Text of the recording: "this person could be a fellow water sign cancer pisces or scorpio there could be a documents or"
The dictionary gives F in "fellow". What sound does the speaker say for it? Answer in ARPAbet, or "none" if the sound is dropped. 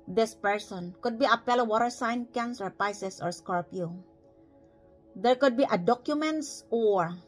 P